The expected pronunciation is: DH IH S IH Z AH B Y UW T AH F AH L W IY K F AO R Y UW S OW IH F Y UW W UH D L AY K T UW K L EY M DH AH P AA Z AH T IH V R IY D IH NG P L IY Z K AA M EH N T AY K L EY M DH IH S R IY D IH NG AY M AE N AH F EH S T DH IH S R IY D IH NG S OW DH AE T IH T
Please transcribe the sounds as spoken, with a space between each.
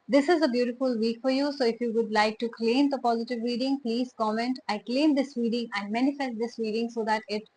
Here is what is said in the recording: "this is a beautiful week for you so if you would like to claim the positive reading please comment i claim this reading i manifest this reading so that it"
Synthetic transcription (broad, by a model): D IH S IH Z AH B Y UW T AH F AH L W IY K F AO R Y UW S OW IH F Y UW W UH D L AY K T UW K L EY M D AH P AA Z AH T IH V R IY D IH NG P L IY Z K AA M EH N T AY K L EY M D IH S R IY D IH NG AY M AE N AH F EH S T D IH S R IY D IH NG S OW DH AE T IH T